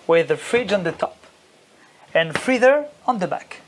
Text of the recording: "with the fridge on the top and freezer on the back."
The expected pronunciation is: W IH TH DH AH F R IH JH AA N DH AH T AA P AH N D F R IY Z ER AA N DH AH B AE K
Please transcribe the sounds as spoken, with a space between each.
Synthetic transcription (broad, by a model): W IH DH AH F R IH JH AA N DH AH T AA P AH N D F R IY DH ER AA N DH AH B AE K